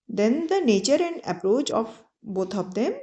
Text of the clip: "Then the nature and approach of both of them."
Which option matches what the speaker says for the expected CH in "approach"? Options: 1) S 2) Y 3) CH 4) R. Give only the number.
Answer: 3